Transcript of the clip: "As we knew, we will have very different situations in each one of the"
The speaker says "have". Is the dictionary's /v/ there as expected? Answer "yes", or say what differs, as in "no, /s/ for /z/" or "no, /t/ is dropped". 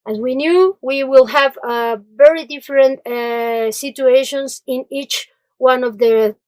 yes